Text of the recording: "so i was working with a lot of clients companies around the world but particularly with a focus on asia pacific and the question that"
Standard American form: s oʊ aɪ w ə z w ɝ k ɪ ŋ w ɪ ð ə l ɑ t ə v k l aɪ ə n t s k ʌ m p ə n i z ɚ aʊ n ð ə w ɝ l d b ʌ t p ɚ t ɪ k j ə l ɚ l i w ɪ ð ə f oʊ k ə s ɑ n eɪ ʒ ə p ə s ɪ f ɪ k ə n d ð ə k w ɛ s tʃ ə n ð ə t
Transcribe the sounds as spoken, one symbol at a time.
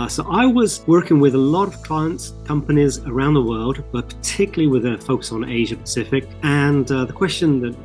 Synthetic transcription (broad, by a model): s oʊ aɪ w ə z w ɝ k ɪ ŋ w ɪ ð ə l ɑ t ə v k l aɪ ə n t s k ʌ m p ə n i z ɚ aʊ n ð ə w ɝ l d b ʌ t p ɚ t ɪ k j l l i w ɪ ð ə f oʊ k ə s n eɪ ʒ ə p ə s ɪ f ɪ k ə n ð ə k w ɛ s tʃ ə n ð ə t